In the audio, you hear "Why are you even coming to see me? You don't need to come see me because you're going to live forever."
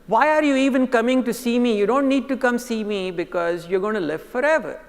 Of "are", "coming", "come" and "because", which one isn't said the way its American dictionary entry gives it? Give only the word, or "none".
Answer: none